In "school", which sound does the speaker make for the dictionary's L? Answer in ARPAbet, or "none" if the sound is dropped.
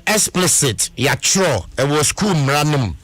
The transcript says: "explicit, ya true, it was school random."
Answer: N